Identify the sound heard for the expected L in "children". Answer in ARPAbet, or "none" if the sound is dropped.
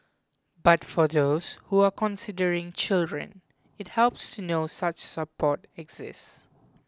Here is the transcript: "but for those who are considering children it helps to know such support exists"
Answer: L